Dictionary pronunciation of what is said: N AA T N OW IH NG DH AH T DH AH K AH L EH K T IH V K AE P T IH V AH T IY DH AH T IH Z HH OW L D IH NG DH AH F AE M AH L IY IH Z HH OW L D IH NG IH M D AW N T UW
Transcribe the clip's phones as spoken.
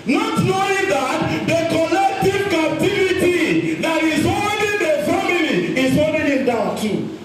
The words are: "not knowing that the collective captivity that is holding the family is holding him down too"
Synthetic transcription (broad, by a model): N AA T N OW IH NG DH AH T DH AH K AH L EH K T IH V K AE P T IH V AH T IY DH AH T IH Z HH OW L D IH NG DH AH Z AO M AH N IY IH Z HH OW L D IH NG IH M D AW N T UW